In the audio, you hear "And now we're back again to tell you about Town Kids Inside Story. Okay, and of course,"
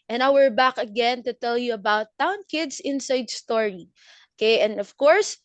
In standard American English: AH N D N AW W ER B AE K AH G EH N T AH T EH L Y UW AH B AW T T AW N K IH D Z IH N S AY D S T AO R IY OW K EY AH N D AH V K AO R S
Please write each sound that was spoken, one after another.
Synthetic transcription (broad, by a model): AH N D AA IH W ER B AE K AH G EH N T AH T EH L Y UW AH B AW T T AW N K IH D S IH N S AY D S T AO R IY OW K EY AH N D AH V K AO R S